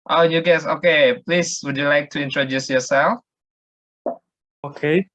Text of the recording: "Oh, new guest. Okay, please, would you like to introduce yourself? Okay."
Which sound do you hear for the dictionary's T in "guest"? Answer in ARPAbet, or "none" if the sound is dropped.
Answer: none